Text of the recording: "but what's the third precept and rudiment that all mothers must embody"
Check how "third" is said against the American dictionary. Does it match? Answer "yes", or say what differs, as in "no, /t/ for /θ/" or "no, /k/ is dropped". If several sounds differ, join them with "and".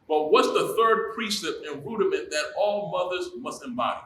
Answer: yes